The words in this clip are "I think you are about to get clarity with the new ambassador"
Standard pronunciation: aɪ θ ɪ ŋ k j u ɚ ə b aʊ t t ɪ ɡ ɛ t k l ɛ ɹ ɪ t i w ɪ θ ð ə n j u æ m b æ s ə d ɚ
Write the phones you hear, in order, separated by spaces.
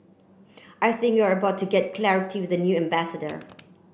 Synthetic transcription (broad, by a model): aɪ θ ɪ ŋ k j u ɚ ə b aʊ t t ɪ ɡ ɛ t k l ɛ ɹ ɪ t i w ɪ ð ə n j u æ m b æ s ə d ɚ